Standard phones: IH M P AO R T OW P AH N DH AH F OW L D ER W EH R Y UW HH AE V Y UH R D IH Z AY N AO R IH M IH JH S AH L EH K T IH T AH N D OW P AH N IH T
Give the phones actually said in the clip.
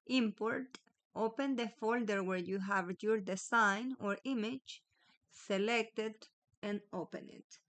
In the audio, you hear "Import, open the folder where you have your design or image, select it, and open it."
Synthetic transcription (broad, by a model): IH M P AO R T OW P AH N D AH F OW L D ER W EH R Y UW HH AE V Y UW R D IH S AY N AO R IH M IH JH S AH L EH K T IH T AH N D OW P AH N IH T